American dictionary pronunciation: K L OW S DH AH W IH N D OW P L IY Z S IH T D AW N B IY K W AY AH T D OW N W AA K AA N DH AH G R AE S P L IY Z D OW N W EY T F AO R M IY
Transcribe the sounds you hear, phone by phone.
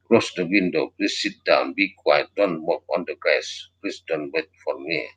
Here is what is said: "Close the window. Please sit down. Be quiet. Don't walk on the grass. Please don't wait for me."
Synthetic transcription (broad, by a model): K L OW S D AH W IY N D OW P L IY S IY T D AW N B IY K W AY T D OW N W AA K AA N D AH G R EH S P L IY S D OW N W EY T F AO R M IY